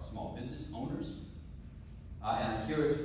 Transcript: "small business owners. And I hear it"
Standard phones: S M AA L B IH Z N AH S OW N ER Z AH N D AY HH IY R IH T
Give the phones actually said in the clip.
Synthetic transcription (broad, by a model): S M AA L B IH Z N AH S OW N ER Z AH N AY HH IY R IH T